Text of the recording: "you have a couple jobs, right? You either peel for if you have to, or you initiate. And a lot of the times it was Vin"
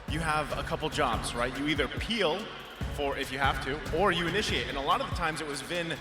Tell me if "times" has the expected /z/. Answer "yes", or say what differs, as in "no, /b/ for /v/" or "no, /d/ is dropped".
yes